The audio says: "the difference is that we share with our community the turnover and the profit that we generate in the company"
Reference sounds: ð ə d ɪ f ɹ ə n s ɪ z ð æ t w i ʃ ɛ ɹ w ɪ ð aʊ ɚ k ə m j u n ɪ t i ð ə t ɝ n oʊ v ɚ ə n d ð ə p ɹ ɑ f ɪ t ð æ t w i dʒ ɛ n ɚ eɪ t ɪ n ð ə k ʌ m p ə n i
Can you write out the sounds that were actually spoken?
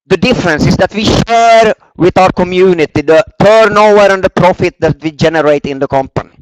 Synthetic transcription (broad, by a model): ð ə d ɪ f ɹ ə n s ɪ s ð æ t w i ʃ ɛ ɹ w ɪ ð aʊ ɚ k ə m j u n ɪ t i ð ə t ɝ n oʊ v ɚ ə n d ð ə p ɹ ɑ f ɪ t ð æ t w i dʒ ɛ n ɚ eɪ t ɪ n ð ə k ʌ m p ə n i